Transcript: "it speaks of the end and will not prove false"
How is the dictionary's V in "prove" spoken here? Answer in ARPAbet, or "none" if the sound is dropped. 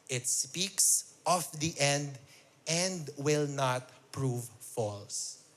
V